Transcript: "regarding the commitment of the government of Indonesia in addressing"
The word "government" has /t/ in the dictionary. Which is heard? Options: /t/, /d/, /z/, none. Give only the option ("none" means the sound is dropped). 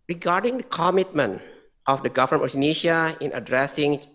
none